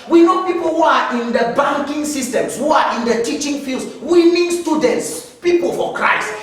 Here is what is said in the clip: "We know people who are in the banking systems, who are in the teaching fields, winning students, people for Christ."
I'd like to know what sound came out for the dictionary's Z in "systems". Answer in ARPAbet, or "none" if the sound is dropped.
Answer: S